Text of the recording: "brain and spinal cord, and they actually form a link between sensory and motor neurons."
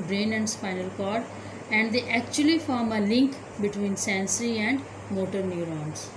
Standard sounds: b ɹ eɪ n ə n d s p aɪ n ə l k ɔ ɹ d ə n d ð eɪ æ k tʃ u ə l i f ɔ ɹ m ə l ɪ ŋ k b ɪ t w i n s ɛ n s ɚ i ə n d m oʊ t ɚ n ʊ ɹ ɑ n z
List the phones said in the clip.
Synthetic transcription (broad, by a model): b ɹ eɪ n ə n d s p aɪ n ə l k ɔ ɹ d ə n d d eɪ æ k tʃ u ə l i f ɔ ɹ m ə l ɪ ŋ k b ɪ t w i n s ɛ n s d i ə n d m oʊ t ɚ n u ɹ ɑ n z